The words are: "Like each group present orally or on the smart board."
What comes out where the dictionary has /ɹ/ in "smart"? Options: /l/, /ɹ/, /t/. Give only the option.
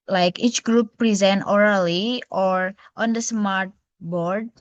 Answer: /ɹ/